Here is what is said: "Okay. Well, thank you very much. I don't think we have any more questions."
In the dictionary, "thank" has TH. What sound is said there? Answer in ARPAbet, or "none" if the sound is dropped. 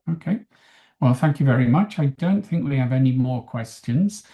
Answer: TH